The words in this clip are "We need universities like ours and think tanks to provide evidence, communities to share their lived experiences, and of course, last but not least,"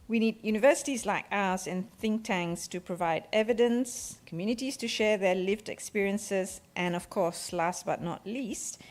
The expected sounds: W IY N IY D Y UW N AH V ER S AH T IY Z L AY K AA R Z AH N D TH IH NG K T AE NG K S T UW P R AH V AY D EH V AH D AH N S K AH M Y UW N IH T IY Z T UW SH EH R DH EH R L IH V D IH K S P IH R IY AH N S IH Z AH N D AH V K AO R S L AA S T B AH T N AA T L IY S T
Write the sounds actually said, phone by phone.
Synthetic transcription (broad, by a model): W IY N IY D Y UW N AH V ER S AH T IY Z L AY K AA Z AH N TH IH NG K T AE NG S T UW P R AH V AY D EH V AH D AH N S K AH M Y UW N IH T IY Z T UW SH EH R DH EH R L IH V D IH K S P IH R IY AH N S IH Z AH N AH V K AO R S L AA S T B AH T N AA T L IY S T